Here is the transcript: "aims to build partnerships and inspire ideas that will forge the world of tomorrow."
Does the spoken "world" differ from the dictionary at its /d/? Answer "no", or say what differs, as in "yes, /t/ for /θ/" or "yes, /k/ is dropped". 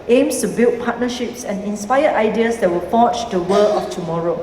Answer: yes, /d/ is dropped